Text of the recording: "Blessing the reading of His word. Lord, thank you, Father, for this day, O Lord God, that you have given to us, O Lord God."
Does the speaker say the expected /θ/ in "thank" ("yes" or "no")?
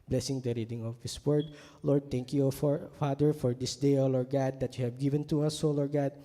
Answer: no